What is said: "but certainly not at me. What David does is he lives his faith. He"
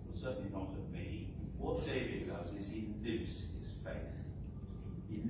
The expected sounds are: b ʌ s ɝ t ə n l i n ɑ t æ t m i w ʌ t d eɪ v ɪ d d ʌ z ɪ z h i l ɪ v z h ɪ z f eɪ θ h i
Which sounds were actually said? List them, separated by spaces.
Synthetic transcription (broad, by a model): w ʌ s ɝ t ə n l i n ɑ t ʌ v m i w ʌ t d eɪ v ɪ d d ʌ z ɪ z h i l ɪ v z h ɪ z f eɪ θ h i